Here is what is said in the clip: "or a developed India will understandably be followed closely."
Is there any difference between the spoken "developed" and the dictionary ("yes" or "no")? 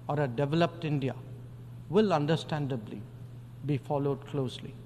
no